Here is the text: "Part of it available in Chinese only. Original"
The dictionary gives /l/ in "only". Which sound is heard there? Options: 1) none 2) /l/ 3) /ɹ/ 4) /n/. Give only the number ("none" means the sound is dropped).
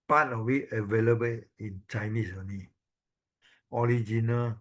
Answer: 1